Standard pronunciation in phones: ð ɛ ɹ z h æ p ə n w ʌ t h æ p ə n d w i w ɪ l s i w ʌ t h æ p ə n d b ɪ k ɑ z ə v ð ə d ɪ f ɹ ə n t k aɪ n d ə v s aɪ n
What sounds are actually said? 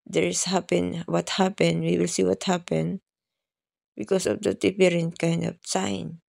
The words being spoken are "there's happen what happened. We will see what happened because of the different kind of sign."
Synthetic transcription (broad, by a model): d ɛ ɹ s h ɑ p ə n w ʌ t h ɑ p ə n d w i w ɪ l s i w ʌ t h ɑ p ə n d b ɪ k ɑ s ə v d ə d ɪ p ɹ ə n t k aɪ n d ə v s aɪ n